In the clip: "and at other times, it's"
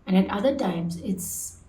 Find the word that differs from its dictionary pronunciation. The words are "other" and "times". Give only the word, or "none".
none